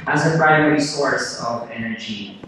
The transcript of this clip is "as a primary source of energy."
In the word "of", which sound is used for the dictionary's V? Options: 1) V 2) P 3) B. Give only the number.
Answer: 1